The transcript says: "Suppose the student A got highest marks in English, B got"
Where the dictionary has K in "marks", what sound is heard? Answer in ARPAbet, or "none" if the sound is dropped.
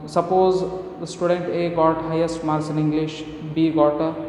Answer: none